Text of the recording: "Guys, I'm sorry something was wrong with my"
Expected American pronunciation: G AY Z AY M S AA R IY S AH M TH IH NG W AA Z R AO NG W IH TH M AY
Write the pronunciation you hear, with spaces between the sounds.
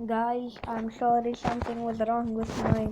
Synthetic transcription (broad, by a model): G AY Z AY M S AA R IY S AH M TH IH NG W AA Z R AO NG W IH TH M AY